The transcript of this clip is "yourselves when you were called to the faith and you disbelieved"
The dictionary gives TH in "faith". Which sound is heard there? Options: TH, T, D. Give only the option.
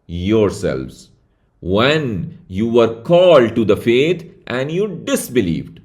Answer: T